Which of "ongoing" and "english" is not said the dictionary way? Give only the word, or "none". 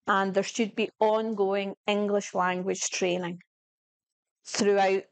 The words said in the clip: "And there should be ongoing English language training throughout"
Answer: none